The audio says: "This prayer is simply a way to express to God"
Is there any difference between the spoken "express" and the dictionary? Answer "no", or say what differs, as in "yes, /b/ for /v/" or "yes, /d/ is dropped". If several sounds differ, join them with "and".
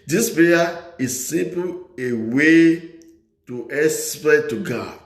yes, /k/ is dropped and /s/ is dropped